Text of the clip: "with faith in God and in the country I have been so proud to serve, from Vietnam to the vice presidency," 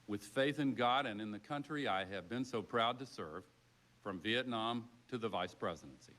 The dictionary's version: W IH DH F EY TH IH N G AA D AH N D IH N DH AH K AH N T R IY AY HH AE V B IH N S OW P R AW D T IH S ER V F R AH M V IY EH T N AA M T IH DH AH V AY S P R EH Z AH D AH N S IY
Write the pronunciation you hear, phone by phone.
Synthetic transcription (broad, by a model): W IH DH F EY TH IH N G AA D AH N IH N DH AH K AH N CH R IY AY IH V B IH N S OW P R AW D T IH S ER V F R AH M V IY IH T N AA M T IH DH AH V AY S P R EH Z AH D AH N S IY